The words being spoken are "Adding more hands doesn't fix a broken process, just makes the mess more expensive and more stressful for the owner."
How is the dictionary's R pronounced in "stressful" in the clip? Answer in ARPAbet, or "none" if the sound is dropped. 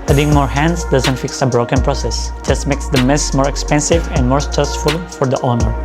none